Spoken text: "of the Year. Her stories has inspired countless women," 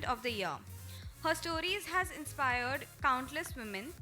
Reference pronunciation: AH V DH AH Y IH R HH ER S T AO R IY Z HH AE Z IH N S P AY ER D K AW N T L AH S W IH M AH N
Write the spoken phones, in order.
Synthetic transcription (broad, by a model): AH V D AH Y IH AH HH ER S T AO R IY Z HH AE Z IH N S P AY ER D K AW N T L AH S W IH M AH N